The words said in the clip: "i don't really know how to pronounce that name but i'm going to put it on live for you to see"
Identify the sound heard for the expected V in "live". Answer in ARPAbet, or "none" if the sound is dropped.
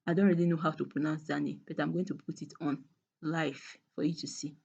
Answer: F